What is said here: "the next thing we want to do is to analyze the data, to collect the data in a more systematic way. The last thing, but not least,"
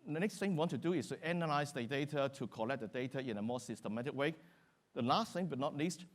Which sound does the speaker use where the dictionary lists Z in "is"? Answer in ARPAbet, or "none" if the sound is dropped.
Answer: S